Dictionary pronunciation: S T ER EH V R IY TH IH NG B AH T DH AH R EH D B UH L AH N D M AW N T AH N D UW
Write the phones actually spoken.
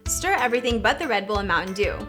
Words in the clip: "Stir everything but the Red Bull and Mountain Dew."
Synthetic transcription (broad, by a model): S T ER EH V R IY TH IH NG B AH T DH AH R EH D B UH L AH M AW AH N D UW